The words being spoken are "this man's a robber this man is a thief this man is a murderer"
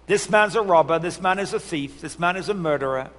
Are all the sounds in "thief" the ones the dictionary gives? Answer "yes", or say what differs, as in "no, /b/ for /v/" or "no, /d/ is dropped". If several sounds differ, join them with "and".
yes